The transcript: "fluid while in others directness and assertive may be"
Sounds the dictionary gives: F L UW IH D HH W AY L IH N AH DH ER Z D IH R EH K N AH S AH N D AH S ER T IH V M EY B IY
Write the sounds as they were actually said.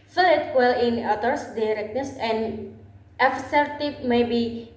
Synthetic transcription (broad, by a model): F L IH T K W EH L IH N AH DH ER S D IH R EH K N AH S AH N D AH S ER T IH P M EY B IY